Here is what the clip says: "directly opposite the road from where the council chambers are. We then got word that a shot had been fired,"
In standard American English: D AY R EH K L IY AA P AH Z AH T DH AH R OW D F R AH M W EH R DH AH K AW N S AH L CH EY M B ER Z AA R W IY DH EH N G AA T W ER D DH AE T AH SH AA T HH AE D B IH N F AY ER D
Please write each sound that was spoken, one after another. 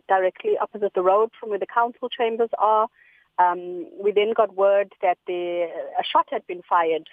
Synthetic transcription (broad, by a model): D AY R EH K L IY AA P AH Z AH T DH AH R OW D F R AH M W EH DH AH K AW N S AH L CH EY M B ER Z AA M W IY DH EH N G AA T W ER D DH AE T AH SH AA T HH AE D B IH N F AY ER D